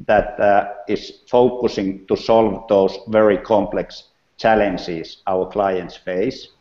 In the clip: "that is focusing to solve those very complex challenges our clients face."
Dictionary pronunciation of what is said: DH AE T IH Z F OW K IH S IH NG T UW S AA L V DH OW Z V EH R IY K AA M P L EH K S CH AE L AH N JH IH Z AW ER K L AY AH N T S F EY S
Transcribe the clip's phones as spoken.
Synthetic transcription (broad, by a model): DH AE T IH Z F OW K IH S IH NG T UW S AA L V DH OW S V EH R IY K AA M P L EH K S CH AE L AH N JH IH S AW ER K L AY AH N T S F EY S